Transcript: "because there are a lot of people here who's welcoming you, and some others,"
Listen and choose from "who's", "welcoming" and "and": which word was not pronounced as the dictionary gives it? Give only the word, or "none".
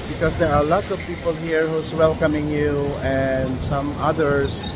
who's